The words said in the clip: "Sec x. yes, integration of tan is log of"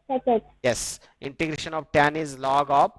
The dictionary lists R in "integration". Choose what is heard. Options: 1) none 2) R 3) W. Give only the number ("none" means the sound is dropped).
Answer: 2